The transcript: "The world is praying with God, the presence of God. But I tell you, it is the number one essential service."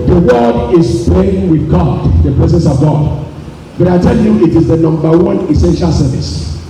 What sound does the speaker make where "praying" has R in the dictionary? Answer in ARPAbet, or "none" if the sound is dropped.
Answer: none